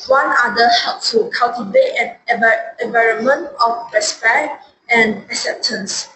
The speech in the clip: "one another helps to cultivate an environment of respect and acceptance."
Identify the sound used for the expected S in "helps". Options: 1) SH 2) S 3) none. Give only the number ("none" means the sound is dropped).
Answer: 3